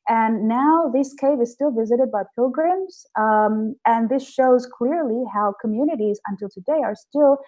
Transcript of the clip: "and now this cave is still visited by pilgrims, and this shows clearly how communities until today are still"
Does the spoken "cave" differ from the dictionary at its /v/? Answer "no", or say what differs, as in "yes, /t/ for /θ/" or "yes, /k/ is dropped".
no